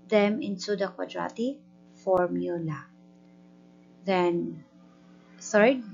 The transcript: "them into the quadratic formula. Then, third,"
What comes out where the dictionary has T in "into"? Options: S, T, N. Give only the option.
S